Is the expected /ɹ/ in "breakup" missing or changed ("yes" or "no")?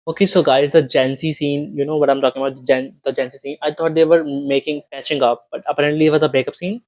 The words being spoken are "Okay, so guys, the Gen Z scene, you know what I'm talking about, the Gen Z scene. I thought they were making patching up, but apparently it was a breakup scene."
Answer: yes